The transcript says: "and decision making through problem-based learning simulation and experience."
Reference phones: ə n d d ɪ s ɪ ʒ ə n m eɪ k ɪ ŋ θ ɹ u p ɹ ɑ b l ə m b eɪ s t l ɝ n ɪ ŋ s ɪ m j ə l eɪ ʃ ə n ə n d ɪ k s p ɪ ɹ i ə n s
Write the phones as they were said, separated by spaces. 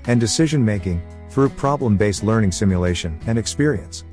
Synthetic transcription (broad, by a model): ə n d d ɪ s ɪ ʒ ə n m eɪ k ɪ ŋ θ ɹ u p ɹ ɑ b l ə m b eɪ s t l ɝ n ɪ ŋ s ɪ m j ə l eɪ ʃ ə n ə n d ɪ k s p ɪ ɹ i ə n s